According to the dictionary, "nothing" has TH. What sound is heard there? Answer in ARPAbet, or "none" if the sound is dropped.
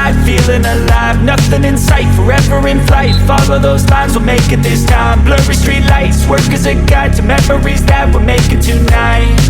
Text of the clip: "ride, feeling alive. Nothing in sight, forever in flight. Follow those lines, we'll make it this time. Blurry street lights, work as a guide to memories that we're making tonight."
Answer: TH